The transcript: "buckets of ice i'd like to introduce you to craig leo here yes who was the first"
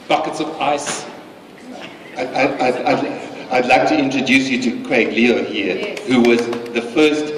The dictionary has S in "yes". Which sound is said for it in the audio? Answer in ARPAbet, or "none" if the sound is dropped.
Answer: none